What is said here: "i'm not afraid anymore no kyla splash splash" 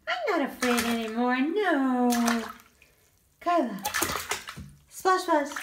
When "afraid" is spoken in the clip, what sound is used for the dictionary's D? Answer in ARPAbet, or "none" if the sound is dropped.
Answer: D